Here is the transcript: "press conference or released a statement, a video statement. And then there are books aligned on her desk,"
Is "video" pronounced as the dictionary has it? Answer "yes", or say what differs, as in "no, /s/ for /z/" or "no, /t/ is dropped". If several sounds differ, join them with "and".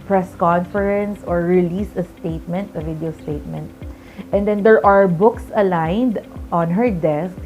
yes